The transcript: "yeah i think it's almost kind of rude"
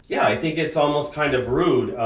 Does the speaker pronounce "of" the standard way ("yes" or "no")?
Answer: yes